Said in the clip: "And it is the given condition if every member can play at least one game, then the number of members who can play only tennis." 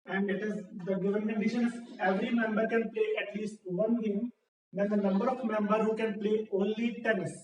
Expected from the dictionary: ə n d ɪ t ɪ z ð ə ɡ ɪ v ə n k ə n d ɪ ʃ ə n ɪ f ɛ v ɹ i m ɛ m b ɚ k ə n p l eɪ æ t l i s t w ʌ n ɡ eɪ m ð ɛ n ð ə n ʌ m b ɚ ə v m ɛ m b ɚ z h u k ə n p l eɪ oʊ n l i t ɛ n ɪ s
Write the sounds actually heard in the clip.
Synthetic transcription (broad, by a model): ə n d ɪ t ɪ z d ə ɡ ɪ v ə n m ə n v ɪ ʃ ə n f ɛ v ɹ i m ɛ m b ɚ k ə n p l eɪ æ t l i s t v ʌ n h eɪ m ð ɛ n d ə n ʌ m b ɚ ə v m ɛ m b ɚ h u k ə n p l eɪ oʊ n l i t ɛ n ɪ s